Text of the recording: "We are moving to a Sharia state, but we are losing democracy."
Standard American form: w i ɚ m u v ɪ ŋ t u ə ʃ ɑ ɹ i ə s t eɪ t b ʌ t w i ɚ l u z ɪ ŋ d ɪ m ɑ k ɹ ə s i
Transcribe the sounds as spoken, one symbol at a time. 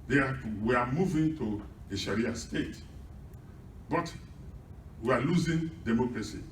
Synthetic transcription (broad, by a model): w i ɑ m u v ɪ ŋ t u ə ʃ ɑ ɹ i ə s t eɪ t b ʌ t w i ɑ l u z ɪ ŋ d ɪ m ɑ k ɹ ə s i